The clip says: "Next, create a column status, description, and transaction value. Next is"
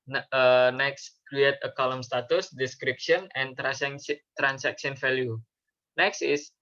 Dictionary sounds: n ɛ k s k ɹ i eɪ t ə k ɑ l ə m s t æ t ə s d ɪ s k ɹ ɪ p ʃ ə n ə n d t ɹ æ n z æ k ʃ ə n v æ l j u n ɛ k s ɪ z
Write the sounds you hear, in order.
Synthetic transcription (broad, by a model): n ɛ k s k ɹ i eɪ t ə k ɑ l ə m s t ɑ t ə s d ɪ s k ɹ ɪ p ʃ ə n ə n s t ɹ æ n s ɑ k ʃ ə n f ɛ l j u n ɛ k s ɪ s